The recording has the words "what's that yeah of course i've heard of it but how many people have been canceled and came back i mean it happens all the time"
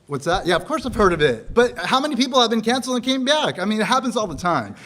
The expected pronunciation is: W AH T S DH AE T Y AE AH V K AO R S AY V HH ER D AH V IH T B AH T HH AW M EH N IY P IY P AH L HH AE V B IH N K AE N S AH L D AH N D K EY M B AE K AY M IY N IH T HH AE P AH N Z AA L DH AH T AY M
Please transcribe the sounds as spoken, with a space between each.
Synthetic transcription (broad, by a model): W AH T S DH AE T Y AE AH V K AO R S AY V HH ER D AH V IH T B AH T HH AW M EH N IY P IY P L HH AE V B IH N K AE N S L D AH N K EY M B AE K AY M IY N IH T HH AE P AH N Z AA L DH AH T AY M